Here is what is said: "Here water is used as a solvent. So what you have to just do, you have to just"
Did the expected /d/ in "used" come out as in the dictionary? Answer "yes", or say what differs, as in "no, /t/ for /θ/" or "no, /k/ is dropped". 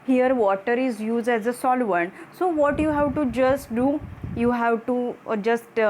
yes